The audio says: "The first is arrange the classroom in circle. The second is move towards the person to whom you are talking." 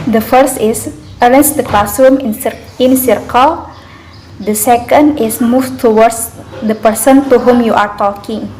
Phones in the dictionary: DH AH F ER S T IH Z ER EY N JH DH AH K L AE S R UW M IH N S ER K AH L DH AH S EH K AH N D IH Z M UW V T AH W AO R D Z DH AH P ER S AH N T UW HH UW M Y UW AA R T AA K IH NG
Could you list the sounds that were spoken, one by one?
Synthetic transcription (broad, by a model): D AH F ER S T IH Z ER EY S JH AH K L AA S UW M IH N S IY K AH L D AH S EH K AH N D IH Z M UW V T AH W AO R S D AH P ER S AH N T UW HH UW M Y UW AA R T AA K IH NG